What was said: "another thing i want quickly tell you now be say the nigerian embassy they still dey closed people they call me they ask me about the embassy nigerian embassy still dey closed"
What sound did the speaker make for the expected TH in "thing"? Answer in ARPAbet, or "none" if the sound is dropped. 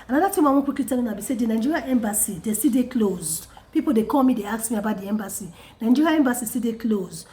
T